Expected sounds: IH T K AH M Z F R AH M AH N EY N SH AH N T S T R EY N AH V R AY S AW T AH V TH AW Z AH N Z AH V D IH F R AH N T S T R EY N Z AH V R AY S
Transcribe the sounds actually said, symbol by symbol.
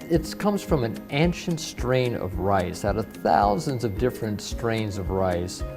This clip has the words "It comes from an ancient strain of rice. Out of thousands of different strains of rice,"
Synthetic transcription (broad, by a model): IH T K AH M Z F R AH M AH N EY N SH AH N T S T R EY N AH V R AY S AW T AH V TH AW Z AH N Z AH V D IH F R AH N T S T R EY N Z AH V R AY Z